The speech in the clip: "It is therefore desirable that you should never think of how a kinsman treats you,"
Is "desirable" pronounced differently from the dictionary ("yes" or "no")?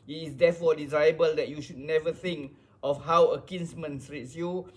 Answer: yes